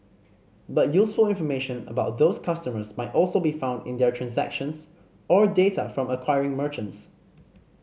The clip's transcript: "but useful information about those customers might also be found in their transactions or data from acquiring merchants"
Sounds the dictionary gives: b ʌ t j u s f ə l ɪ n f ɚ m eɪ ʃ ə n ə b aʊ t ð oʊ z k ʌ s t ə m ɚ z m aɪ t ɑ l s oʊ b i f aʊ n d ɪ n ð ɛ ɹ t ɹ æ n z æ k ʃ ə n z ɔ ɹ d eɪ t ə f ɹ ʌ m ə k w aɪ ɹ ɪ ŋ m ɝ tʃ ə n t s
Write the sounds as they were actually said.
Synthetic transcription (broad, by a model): b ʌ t j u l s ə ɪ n f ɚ m eɪ ʃ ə n ə b aʊ t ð oʊ s k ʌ s t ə m ɚ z m aɪ t ɑ l s oʊ b i f aʊ n d ɪ n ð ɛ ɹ t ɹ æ n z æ k ʃ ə n s ɔ ɹ d eɪ t ə f ɹ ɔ m ə k w aɪ ɹ ɪ ŋ m ɝ tʃ ə n t s